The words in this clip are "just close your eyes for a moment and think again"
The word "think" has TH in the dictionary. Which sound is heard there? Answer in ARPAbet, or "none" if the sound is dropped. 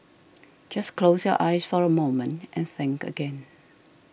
TH